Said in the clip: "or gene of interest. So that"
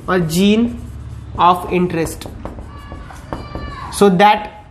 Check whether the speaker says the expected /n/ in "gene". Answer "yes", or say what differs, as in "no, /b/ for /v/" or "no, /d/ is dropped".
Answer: yes